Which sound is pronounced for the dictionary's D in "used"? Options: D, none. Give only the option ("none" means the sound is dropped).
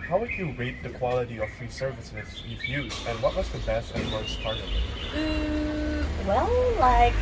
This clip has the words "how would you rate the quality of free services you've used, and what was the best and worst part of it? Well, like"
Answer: none